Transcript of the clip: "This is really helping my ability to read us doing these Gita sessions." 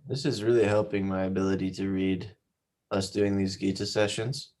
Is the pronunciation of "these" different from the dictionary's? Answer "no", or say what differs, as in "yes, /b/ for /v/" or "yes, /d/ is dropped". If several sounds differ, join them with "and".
no